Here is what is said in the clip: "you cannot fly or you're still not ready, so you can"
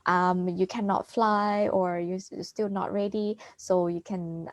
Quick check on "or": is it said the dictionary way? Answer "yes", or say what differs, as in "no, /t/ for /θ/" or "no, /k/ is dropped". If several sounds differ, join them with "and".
yes